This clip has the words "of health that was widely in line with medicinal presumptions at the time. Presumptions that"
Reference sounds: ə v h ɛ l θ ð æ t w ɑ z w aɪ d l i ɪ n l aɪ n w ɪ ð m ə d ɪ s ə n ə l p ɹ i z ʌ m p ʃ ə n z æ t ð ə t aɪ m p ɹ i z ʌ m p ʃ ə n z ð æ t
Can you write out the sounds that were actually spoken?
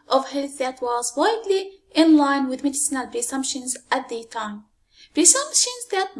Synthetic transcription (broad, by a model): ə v h ɛ l θ ð æ t w ɑ z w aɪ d l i ɪ n l aɪ n w ɪ ð m ə d ɪ s ə n ə l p ɹ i s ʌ m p ʃ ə n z æ t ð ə t aɪ m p ɹ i s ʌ m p ʃ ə n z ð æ t